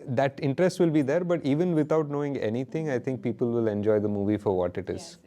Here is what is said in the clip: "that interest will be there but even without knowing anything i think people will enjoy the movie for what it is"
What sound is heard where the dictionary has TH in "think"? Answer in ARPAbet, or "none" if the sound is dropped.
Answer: T